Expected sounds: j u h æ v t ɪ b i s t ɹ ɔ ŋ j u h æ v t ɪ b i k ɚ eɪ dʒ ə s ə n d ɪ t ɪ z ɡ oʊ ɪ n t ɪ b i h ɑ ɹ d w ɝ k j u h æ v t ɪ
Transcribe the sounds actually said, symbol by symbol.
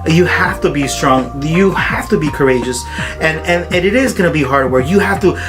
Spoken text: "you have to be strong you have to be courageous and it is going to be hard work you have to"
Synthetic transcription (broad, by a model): j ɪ h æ f t ɪ b i s t ɹ ɔ ŋ j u h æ f t ɪ b i k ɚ eɪ dʒ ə s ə n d ɪ t ɪ z ɡ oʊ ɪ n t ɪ b i h ɑ ɹ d w ɝ k j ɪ h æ f t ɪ